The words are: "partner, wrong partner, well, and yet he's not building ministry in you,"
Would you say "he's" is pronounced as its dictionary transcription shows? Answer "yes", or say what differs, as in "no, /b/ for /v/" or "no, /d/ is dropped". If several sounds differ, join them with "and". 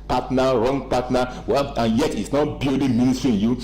no, /s/ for /z/